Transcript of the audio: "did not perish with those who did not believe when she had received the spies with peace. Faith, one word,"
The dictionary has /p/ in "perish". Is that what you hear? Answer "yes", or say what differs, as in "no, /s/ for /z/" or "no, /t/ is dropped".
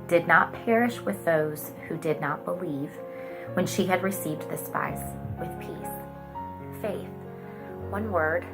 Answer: yes